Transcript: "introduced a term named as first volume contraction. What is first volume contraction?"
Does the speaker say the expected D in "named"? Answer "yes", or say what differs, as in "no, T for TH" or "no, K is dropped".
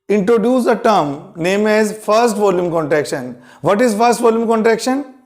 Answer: no, D is dropped